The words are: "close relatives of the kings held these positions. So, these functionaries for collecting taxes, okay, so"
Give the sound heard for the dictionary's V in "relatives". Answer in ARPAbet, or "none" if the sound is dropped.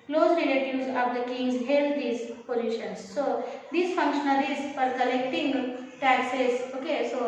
none